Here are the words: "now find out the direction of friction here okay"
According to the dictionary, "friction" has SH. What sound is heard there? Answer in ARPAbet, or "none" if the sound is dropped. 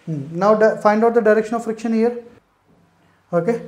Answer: SH